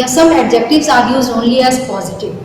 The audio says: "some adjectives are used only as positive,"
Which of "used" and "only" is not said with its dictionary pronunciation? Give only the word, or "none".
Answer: used